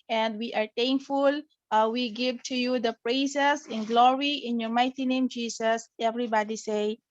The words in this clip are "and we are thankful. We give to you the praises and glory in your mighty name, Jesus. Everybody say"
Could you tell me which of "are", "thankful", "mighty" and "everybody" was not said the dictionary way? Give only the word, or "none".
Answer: thankful